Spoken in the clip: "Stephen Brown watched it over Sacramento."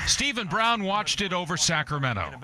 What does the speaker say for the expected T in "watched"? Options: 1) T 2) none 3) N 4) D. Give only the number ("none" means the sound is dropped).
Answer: 1